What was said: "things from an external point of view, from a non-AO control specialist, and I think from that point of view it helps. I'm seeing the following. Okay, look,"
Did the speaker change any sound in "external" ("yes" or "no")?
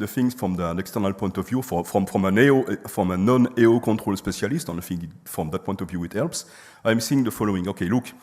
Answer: no